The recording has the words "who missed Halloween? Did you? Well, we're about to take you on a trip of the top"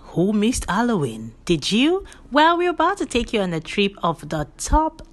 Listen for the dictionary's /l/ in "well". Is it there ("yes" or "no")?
yes